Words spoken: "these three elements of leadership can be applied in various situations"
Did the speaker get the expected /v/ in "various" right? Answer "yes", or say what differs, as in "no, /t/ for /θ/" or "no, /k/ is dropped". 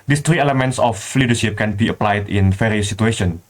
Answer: no, /f/ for /v/